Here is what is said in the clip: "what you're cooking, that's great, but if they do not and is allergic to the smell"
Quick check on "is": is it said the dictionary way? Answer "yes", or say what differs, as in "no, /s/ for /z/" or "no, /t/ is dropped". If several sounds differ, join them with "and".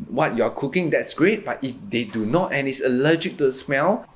no, /s/ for /z/